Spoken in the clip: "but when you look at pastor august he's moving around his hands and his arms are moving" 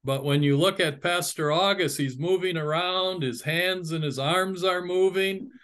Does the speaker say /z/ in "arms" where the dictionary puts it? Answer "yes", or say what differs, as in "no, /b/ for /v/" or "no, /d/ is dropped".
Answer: yes